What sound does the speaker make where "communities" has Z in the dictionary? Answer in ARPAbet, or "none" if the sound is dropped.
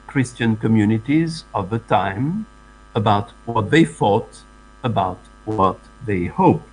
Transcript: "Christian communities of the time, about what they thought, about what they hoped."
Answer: Z